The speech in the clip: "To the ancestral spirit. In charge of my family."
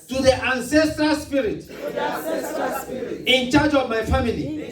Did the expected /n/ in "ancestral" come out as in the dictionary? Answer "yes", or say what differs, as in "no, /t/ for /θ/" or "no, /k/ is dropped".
yes